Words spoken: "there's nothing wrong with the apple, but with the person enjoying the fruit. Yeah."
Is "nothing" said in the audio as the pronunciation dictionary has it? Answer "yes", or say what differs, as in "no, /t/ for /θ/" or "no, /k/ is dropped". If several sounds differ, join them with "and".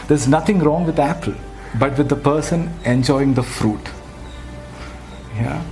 no, /t/ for /θ/